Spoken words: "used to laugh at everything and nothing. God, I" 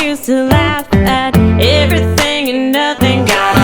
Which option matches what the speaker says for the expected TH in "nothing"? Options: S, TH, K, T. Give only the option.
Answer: TH